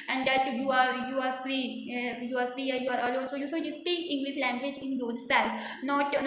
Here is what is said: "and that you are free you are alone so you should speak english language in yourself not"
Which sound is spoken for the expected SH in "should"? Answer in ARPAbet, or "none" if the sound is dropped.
S